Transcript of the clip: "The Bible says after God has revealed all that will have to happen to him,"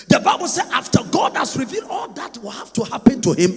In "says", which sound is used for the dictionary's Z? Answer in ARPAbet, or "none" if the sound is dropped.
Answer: none